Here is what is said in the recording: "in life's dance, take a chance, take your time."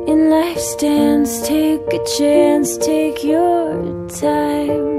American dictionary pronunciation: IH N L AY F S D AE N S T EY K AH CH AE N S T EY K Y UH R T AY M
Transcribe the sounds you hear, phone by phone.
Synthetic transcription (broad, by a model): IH N L AY F S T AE N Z T EY K AH CH AE N S T EY K Y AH R T AY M